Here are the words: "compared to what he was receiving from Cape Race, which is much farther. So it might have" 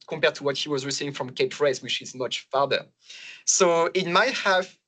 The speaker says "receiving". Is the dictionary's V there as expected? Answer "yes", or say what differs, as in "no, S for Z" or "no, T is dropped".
no, V is dropped